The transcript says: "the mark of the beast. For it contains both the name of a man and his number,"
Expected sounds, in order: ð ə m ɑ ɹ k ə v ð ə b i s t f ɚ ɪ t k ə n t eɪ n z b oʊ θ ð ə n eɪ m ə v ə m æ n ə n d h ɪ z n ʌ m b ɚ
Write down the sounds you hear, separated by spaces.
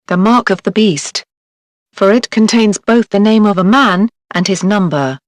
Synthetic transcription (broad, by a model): ð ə m ɑ ɹ k ə v ð ə b i s t f ɚ ɪ t k ə n t eɪ n z b oʊ θ ð ə n eɪ m ə v ə m æ n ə n ɪ z n ʌ m b ɚ